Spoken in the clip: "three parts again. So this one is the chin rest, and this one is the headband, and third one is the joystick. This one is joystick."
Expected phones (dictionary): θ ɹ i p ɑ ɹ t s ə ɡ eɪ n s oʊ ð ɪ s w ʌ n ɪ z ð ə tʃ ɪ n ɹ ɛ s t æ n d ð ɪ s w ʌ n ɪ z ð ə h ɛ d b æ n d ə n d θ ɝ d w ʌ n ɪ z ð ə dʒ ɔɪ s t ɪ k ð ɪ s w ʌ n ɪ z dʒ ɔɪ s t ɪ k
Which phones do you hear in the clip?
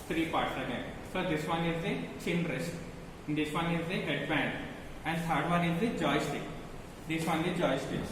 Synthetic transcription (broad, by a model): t ɹ i p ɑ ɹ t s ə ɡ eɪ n s oʊ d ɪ s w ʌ n ɪ z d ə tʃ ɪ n ɹ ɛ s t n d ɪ s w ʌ n ɪ z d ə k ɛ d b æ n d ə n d s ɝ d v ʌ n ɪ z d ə dʒ ɔɪ s t ɪ k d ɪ s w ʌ n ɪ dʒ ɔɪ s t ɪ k